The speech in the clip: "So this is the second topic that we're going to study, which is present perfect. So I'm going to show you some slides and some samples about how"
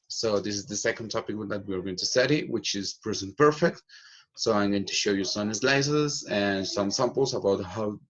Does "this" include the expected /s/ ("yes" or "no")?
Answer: yes